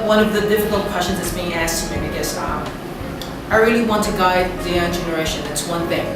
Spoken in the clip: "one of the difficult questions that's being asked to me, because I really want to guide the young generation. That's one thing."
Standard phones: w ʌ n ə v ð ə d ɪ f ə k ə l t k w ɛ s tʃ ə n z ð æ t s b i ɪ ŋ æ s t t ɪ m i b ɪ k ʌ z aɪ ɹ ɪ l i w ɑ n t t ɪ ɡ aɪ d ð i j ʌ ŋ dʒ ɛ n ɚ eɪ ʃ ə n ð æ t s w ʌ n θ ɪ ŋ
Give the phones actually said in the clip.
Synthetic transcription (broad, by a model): w ʌ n ə v ð ə d ɪ f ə k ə l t k w ɛ s tʃ ə n z ð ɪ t s b i ɪ ŋ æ s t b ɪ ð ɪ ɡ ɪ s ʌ aɪ ɹ ɪ l i w ɑ n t t ɪ ɡ aɪ d ð i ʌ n dʒ ɛ n ɚ eɪ ʃ ə n ð æ t s w ʌ n θ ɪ ŋ